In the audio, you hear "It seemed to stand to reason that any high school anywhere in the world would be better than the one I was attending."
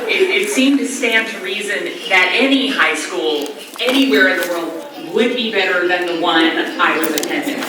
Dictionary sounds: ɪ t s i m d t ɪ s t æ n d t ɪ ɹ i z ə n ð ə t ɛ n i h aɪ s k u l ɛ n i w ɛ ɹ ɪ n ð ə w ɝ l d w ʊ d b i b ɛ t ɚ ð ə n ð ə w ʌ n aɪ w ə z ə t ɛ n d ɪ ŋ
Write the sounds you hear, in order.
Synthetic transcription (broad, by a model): ɪ t s i m t ɪ s t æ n t ɪ ɹ i z ə n ð ə t ɛ n i h aɪ s k u l ɛ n i w ɛ ɹ ɪ n ð ə w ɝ l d w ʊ d b i b ɛ t ɚ ð ə n ð ə w ʌ n aɪ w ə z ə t ɛ n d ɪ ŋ